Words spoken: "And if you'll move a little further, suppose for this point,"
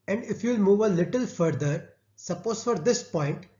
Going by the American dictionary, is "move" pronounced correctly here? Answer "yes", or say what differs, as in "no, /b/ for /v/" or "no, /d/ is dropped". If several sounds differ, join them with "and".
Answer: yes